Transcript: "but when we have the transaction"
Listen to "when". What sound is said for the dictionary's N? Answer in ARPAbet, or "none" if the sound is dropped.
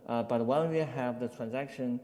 L